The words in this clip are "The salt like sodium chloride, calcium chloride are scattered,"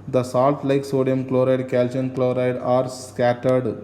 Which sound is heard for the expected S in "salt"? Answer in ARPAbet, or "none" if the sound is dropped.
S